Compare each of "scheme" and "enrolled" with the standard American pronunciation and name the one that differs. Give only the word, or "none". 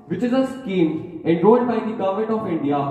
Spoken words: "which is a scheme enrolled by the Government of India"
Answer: enrolled